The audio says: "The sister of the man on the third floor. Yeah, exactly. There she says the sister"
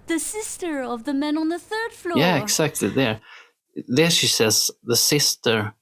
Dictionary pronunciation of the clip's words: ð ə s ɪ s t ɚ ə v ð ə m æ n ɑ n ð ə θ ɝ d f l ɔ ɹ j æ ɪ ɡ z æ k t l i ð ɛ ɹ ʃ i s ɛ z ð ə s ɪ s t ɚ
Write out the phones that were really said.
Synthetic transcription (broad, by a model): ð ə s ɪ s t ɚ ə v ð ə m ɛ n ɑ n ð ə θ ɝ d f l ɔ j æ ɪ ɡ s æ k t l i ð ɛ ɹ ʃ i s ɛ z ð ə s ɪ s t ɚ